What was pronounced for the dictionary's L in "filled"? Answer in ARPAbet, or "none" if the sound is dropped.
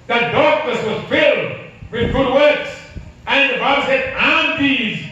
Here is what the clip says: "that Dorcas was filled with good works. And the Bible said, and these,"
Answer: L